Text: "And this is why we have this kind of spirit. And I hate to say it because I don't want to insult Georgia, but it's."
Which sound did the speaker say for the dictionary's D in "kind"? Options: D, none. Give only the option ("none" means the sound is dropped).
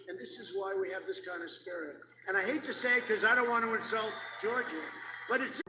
D